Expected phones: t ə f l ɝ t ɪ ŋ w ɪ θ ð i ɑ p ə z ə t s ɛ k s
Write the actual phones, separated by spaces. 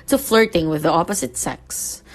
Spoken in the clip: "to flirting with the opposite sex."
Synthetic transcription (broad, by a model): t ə f l ɝ t ɪ ŋ w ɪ ð i ɑ p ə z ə t s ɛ k s